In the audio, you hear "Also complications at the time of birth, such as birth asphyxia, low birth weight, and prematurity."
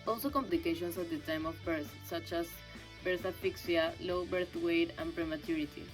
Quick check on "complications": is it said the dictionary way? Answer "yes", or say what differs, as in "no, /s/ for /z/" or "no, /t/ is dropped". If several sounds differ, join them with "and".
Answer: no, /s/ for /z/